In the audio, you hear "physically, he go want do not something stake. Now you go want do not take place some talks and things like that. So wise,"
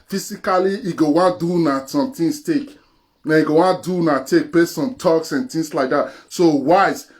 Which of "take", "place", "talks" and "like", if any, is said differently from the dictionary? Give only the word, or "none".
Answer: place